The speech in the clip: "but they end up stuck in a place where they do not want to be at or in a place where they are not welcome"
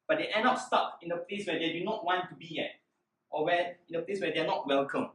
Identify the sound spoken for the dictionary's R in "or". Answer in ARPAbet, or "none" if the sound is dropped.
W